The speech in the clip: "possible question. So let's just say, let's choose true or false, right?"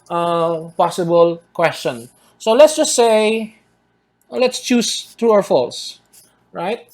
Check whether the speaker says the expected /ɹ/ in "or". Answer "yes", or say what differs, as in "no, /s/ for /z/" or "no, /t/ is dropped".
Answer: no, /w/ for /ɹ/